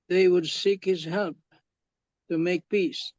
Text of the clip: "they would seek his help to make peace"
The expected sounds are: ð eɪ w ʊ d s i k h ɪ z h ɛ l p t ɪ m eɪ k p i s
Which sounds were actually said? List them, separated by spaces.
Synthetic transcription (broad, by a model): ð eɪ w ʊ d s i k h ɪ z h ɛ l p t ɪ m eɪ k p i s